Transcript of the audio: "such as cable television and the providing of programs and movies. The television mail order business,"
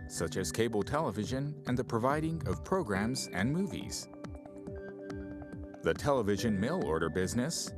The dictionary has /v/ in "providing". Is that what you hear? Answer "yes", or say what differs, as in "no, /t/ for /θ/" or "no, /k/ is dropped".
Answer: yes